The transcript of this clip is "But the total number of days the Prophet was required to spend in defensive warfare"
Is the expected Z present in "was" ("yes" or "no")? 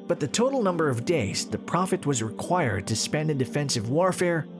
yes